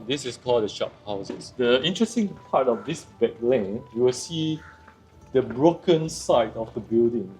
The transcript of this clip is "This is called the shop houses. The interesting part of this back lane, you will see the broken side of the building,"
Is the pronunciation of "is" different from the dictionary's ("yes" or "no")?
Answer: yes